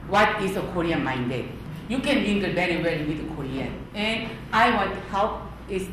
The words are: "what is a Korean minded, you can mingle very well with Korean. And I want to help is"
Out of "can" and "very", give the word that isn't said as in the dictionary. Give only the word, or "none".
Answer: very